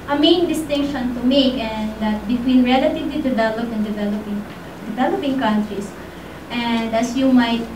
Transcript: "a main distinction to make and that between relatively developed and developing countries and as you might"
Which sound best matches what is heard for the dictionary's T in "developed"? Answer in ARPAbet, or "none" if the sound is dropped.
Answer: none